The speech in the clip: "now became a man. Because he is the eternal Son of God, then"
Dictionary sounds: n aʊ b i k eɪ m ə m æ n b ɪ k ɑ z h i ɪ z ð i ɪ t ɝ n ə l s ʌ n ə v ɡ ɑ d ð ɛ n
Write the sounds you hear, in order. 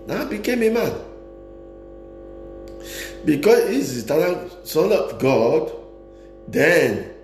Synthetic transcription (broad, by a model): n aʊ b i k eɪ m ə m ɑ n b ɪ k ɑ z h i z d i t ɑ l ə n s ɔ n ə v ɡ ɑ d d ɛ n